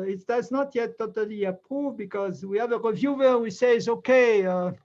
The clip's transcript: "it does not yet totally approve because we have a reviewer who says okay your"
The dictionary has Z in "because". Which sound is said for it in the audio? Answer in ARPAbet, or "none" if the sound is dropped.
Z